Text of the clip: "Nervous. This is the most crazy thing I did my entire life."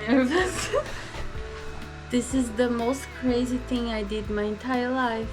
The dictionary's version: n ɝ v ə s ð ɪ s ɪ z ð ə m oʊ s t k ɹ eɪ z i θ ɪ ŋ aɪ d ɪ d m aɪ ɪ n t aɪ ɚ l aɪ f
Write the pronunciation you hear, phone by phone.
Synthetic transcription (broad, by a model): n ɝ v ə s ð ɪ s ɪ z ð ə m oʊ s t k ɹ eɪ z i θ ɪ ŋ aɪ d ɪ d m aɪ ɪ n t aɪ ɚ l aɪ f